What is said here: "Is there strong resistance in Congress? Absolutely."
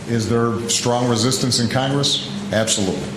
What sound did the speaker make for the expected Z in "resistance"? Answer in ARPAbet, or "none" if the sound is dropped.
Z